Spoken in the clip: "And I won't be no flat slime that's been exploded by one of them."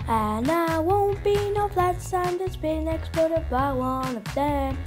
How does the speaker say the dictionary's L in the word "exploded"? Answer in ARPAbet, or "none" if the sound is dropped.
none